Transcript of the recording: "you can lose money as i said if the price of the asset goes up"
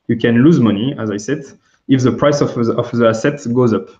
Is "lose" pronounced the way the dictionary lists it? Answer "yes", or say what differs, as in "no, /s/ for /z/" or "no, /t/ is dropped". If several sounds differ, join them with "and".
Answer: yes